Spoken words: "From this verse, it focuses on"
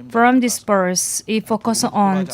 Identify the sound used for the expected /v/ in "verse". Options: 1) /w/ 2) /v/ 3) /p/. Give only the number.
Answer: 3